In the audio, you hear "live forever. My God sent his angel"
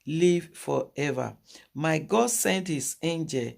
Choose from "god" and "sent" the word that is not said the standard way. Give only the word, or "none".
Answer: none